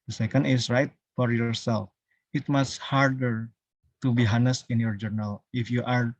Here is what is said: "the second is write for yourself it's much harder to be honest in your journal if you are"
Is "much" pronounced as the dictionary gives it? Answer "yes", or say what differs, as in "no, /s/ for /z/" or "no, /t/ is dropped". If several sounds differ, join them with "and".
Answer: no, /s/ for /tʃ/